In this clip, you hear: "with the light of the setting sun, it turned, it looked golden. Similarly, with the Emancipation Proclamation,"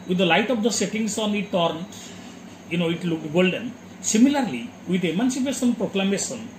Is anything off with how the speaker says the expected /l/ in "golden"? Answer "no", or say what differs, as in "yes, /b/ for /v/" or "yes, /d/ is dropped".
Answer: no